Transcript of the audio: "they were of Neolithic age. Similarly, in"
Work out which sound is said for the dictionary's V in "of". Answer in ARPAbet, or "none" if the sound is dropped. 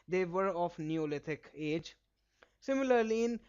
F